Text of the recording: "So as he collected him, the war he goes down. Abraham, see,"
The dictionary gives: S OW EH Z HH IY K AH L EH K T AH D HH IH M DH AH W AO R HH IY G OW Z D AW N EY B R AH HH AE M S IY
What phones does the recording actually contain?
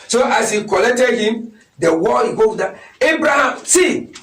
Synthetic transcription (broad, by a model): S OW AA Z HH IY K AH L EH K T AH D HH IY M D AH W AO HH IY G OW D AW EY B R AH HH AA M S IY